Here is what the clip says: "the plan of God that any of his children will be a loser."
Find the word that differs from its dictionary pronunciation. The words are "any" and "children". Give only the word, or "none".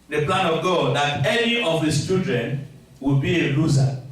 children